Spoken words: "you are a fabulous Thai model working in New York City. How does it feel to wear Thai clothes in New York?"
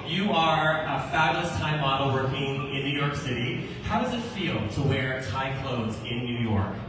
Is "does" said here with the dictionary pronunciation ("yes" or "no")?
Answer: yes